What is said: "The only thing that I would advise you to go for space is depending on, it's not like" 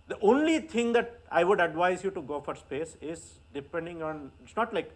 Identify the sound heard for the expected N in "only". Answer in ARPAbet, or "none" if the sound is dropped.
N